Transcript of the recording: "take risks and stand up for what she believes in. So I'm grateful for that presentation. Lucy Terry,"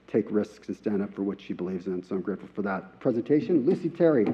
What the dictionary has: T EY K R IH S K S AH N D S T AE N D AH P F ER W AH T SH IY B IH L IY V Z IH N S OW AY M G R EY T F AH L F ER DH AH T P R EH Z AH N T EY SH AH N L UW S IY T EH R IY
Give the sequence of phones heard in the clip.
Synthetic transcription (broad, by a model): T EY K R IH S K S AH S T AE N D AH P F ER W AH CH SH IY B IH L IY V Z IH N S OW AY M G R EY T F L F ER DH AH T P R EH Z AH N T EY SH AH N L UW S IY T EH R IY